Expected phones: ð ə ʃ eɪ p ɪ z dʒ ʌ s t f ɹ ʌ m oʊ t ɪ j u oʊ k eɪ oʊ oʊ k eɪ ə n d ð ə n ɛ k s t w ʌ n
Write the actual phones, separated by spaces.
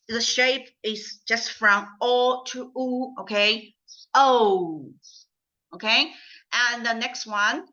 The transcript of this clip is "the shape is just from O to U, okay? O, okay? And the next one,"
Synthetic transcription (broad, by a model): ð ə ʃ eɪ p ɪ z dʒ ʌ s t f ɹ ʌ m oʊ t ɪ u oʊ k eɪ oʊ oʊ k eɪ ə n ð ə n ɛ k s t w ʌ n